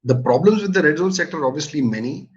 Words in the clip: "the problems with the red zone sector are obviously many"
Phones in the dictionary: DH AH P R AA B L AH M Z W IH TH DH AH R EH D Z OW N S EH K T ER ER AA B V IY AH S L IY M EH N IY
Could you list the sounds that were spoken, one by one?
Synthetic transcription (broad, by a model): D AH P R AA B L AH M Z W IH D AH R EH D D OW L S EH K T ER ER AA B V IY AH S L IY M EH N IY